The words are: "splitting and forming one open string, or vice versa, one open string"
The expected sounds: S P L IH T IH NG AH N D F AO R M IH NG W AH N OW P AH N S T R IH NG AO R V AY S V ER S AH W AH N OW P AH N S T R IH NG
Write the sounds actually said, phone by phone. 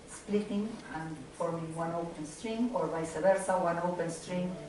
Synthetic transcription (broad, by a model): S P L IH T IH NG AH N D F AO R M IH NG W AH N OW P AH N S T R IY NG AO R B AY S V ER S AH W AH N OW P AH N S T R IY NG